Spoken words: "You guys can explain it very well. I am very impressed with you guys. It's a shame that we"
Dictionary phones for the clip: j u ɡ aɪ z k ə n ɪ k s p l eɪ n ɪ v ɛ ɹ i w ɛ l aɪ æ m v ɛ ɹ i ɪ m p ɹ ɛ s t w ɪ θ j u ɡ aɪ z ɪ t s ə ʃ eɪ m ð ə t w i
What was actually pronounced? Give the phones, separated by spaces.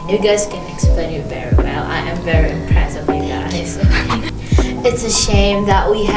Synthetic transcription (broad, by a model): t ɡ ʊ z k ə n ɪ k s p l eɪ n ɪ v ɛ ɹ i w ɛ l aɪ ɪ m v ɛ ɹ i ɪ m p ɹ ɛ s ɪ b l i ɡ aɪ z ɪ t s ə ʃ eɪ m ð ə t w i